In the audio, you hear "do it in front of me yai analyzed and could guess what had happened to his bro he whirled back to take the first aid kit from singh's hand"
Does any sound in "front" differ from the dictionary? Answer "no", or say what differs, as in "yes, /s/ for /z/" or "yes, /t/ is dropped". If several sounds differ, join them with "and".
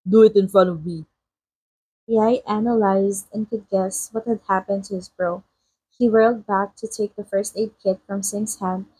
yes, /t/ is dropped